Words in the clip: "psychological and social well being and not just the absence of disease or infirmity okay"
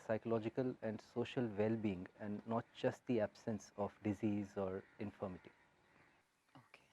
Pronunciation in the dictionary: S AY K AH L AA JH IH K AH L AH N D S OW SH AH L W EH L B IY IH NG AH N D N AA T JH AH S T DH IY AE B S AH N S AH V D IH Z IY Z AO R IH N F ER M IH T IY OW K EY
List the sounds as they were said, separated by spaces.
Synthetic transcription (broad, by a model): S AY K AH L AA JH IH K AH L AH N D S OW SH AH L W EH L B IY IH NG AH N D N AA T JH AH S T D IY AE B S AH N S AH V D IH Z IY Z AO R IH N F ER M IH T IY OW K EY